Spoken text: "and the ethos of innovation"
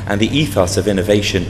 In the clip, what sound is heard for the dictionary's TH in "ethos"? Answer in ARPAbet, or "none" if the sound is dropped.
TH